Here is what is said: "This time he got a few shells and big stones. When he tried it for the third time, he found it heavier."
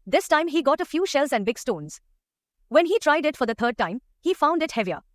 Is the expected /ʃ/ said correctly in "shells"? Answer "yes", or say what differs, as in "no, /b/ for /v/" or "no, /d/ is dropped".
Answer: yes